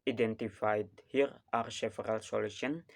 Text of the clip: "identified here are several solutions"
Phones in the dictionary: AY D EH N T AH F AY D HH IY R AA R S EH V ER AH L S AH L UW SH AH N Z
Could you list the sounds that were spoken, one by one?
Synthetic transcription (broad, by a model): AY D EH N T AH F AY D HH IY R AA R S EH F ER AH L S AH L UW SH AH N